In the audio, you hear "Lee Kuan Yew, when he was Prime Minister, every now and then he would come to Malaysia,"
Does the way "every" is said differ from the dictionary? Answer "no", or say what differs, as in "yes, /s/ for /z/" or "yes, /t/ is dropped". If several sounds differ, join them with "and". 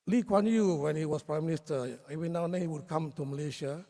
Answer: yes, /ɹ/ is dropped